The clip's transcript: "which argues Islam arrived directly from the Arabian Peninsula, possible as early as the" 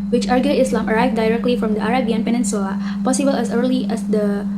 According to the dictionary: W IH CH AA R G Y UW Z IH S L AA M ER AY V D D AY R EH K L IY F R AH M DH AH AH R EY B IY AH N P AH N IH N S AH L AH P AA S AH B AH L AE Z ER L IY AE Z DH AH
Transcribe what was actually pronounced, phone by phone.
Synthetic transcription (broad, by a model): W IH CH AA R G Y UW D IH S L AA M ER AY V D D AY R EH K L IY F R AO M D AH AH R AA B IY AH N P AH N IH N S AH AH P AA S AH B AH L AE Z ER L IY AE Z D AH